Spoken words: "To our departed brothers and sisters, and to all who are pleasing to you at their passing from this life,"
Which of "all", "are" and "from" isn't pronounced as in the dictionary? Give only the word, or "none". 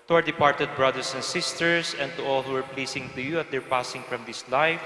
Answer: none